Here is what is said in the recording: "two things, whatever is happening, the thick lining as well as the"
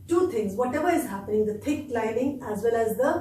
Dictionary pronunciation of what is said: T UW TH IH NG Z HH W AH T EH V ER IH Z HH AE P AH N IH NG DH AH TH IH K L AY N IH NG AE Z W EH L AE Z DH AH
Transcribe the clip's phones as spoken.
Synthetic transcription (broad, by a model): T UW T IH NG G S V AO T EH V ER IH Z HH AE P AH N IH NG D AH T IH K L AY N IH NG AE Z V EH L AE Z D AH